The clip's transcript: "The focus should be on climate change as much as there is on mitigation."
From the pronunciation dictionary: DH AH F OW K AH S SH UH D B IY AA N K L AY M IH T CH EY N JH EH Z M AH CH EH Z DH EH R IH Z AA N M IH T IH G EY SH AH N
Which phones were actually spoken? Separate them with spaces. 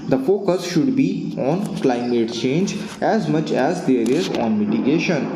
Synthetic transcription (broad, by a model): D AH F OW K AH S SH UH D B IY AA N K L AY M IH T CH EY N JH EH Z M AH CH EH Z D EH R IH Z AA N M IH T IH G EY SH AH N